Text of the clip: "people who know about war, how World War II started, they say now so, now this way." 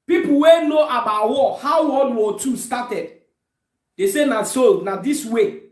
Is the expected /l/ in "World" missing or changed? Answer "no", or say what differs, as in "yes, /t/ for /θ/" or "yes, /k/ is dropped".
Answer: yes, /l/ is dropped